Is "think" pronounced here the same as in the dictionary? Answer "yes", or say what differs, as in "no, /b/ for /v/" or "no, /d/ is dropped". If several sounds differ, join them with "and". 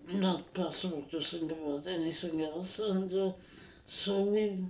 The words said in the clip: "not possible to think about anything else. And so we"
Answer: no, /s/ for /θ/